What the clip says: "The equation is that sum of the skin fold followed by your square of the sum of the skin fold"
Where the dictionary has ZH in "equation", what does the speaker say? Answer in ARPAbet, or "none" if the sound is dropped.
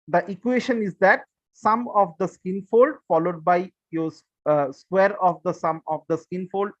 SH